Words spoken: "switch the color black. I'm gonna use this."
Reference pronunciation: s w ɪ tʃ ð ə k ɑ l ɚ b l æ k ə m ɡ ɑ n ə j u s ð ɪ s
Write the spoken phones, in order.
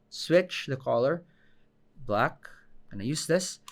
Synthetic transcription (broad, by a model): s w ɪ tʃ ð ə k ɑ l ɚ b l æ k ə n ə j u s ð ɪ s